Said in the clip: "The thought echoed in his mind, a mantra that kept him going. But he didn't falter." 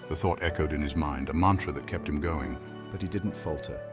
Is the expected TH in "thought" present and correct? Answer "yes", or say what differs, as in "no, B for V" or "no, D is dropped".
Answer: yes